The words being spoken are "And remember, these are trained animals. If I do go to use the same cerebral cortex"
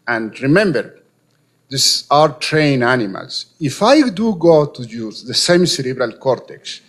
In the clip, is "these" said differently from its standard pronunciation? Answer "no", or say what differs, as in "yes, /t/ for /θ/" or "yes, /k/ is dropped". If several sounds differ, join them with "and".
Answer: yes, /s/ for /z/